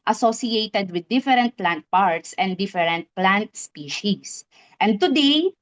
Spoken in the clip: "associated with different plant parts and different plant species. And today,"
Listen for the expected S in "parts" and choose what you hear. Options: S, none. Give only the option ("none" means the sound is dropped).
S